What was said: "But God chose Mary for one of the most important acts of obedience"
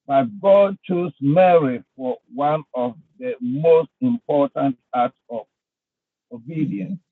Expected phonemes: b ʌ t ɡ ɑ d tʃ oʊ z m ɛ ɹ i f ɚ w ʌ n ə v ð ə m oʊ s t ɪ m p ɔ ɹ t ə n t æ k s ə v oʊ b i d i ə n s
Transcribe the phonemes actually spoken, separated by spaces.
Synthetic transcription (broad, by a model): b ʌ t ɡ ɑ d tʃ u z m ɛ ɹ i f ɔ w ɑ n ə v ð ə m oʊ s t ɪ m p ɔ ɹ t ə n t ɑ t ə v oʊ b i d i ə n s